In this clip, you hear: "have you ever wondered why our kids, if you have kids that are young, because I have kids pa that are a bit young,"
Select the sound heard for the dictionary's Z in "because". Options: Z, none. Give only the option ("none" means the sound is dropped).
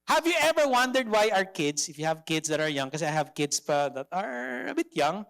none